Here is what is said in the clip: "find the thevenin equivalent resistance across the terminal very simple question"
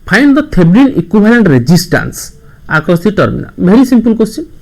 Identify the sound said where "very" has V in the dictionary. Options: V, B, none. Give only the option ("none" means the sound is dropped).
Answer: B